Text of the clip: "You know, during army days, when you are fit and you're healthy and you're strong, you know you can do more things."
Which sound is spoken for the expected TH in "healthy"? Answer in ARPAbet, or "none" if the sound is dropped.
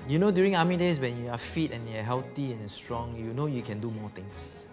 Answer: T